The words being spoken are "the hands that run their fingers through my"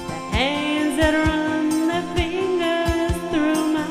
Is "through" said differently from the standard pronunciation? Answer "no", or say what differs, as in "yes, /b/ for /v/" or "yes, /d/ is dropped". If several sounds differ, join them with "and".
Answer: no